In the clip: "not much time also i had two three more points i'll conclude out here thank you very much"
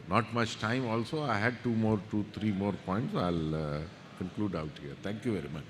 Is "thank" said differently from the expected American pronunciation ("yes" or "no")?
yes